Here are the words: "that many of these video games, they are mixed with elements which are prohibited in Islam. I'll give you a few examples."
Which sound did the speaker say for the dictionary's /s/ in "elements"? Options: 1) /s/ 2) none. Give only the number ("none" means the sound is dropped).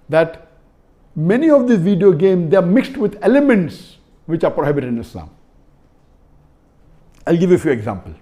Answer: 1